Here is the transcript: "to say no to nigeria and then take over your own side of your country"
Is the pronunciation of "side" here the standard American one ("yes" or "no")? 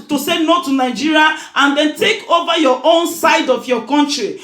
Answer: yes